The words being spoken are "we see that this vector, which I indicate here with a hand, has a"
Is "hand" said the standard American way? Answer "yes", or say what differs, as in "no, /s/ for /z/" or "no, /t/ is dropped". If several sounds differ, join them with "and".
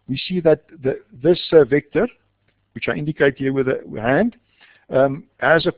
yes